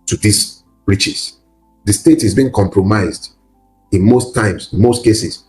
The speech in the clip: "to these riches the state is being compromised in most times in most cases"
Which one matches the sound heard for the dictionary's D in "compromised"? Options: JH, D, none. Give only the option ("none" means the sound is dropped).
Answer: D